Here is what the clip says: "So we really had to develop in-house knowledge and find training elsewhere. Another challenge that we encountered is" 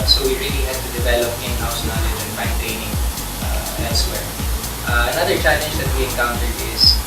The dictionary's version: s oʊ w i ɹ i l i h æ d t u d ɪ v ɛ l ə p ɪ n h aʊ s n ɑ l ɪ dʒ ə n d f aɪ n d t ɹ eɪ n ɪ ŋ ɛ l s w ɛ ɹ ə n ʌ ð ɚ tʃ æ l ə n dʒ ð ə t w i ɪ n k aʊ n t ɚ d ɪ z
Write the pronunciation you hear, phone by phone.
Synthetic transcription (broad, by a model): s oʊ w i ɹ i l i h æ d t u d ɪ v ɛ l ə p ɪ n h aʊ s n ɑ l ɪ dʒ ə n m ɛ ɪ n t eɪ n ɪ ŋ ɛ l s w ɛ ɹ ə n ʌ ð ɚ tʃ æ l ə n dʒ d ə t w i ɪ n k aʊ n t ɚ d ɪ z